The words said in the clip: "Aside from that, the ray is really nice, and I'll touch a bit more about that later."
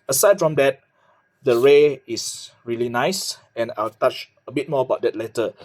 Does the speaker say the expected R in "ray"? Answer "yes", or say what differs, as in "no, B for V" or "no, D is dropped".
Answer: yes